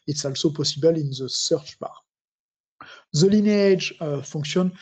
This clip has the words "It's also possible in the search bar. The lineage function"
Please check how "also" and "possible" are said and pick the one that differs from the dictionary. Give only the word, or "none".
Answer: none